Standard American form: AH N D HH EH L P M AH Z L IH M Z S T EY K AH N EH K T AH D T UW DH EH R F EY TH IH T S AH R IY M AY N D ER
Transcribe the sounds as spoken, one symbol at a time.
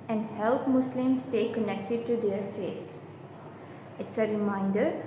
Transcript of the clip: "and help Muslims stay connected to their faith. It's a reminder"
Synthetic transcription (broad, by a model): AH N D HH EH L P M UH S L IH M S T EY K AH N EH K T AH D T UW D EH R F EY T IH T S AH R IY M AY N D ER